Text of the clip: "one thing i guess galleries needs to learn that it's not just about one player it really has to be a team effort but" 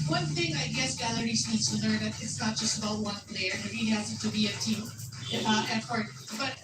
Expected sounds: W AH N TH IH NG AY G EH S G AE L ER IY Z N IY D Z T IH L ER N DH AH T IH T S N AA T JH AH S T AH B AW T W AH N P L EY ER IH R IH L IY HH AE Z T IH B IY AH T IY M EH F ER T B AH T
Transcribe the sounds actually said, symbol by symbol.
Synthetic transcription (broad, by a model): W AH N TH IH NG AY G EH S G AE L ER IY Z N IY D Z T IH L ER N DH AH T IH T S N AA T JH AH S T AH B AW T W AH N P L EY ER IH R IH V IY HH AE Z T IH B IY AH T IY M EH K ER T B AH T